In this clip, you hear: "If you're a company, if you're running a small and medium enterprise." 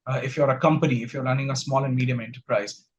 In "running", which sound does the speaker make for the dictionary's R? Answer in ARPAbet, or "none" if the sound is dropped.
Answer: L